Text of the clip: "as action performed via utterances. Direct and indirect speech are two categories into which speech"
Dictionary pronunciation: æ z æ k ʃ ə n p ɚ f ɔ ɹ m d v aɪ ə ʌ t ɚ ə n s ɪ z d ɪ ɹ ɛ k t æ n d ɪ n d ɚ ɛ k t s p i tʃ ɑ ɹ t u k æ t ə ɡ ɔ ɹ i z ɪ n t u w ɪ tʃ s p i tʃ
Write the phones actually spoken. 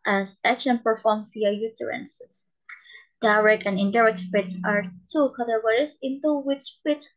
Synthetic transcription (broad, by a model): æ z æ k ʃ ə n p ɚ f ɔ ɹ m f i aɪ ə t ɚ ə n s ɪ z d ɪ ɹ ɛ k æ n ɪ n d ɚ ɛ k t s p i s ɑ ɹ t u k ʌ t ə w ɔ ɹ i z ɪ n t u w ɪ tʃ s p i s